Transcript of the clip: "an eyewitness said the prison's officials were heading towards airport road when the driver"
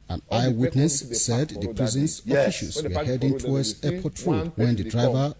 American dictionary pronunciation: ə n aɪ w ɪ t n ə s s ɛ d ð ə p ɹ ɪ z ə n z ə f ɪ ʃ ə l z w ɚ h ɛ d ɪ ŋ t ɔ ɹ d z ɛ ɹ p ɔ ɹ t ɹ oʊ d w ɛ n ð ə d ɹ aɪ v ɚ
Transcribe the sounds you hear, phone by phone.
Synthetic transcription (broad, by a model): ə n aɪ w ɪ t n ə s s ɛ d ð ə p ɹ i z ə n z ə f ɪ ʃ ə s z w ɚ h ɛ d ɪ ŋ t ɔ w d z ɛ p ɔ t ɹ oʊ d w ɛ n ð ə d ɹ aɪ v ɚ